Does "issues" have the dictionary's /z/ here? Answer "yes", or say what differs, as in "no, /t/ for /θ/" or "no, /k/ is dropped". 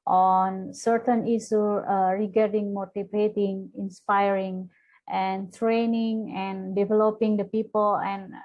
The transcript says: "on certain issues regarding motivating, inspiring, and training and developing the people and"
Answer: no, /z/ is dropped